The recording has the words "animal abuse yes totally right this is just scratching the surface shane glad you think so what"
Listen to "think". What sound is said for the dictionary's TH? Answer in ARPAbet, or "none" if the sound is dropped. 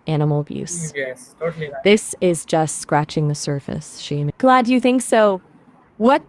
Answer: TH